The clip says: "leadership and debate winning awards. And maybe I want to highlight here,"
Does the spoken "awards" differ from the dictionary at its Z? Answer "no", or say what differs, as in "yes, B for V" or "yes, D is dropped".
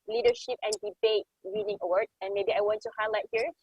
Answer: yes, Z is dropped